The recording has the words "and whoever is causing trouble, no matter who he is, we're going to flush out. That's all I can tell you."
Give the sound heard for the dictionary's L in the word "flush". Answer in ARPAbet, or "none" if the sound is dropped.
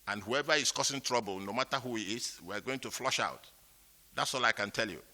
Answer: L